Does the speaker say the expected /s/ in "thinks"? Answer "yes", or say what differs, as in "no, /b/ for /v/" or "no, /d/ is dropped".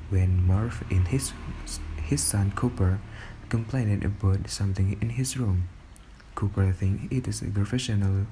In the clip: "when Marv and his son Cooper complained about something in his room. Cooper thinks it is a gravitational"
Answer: no, /s/ is dropped